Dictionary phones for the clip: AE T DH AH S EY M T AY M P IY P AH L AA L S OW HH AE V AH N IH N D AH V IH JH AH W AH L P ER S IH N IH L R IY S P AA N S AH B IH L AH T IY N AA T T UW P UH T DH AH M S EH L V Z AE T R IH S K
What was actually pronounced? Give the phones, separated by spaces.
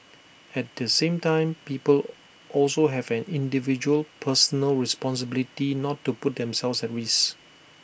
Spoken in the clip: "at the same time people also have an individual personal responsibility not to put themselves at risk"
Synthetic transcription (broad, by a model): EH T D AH S EY M T AY M P IY P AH L AA L S OW HH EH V AH N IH N D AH V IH JH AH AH L P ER S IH N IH L R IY S P AA N S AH B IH L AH T IY N AA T T UW P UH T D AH M S EH L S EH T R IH S